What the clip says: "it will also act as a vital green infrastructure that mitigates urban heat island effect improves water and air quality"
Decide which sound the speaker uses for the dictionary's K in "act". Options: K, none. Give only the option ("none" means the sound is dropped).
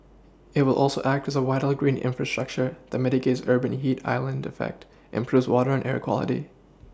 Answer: K